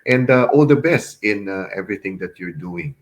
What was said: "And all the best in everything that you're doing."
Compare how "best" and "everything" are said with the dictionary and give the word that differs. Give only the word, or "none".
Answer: everything